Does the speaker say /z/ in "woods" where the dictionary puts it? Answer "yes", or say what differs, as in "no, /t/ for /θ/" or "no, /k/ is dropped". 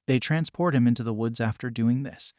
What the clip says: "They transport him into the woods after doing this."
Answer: yes